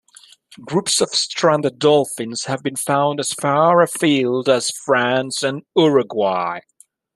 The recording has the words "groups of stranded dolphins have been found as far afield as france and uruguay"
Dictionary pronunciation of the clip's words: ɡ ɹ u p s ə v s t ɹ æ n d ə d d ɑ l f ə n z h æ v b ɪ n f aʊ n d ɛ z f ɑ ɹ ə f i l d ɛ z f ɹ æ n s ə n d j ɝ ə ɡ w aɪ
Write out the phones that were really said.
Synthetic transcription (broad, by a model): ɡ ɹ u p s ə v s t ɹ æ n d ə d d ɑ l f ə n z h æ v b ɪ n f aʊ n d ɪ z f ɑ ɹ ə f i l d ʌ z f ɹ æ n s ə n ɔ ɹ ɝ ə ɡ w aɪ